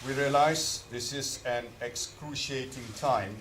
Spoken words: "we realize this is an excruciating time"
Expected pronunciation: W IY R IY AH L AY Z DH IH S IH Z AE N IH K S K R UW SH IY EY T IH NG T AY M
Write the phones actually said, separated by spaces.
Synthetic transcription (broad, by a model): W IY R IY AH L AY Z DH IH S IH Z AE N IH K S K R UW SH IY EY T IH NG T AY M